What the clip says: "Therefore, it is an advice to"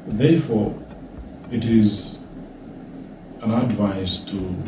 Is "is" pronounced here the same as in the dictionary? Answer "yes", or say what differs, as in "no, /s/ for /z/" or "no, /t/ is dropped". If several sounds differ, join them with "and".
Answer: yes